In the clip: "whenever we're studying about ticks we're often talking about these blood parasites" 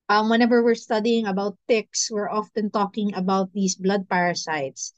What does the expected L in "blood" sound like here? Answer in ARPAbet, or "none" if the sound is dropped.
L